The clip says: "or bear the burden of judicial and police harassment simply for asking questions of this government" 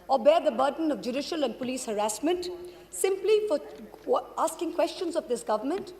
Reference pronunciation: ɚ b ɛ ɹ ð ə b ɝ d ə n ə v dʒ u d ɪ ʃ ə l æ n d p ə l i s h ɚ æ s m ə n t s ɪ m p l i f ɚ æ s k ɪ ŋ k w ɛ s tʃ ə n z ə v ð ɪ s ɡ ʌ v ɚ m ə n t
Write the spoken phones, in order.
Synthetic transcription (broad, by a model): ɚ b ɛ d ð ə b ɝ d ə n ə v dʒ u d ɪ ʃ ə l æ n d p ə l i s h ɚ æ s m ə n t s ɪ m p l i f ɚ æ s k ɪ ŋ k w ɛ s tʃ ə n z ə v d ɪ s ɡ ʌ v ɚ m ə n t